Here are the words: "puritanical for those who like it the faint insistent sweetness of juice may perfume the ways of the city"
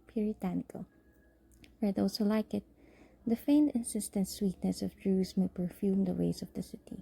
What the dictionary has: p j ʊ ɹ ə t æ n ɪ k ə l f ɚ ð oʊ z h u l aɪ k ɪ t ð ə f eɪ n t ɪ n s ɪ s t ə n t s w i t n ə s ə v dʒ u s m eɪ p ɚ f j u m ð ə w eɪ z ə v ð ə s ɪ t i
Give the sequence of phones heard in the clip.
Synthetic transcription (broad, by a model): p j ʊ ɹ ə t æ n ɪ k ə l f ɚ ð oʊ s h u l aɪ k ɪ t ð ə f eɪ n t ɪ n s ɪ s t ə n t s w i t n ə s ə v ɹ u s m eɪ p ɚ f j u m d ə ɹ eɪ s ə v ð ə s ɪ t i